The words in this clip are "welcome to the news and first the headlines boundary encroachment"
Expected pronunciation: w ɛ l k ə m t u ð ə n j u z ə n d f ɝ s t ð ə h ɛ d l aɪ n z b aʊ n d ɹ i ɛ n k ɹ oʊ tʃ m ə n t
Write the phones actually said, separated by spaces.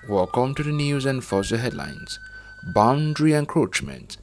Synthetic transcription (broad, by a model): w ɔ k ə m t u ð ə n j u z ə n d f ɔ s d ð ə h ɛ d l aɪ n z b aʊ n d ɹ i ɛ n k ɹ oʊ tʃ m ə n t